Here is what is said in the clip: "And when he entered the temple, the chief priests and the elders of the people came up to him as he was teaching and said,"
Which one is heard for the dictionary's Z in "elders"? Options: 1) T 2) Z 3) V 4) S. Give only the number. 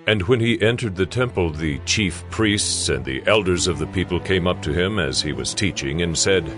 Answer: 2